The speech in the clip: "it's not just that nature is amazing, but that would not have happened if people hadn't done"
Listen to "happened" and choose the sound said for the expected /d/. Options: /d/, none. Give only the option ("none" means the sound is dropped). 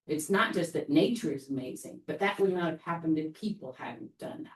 /d/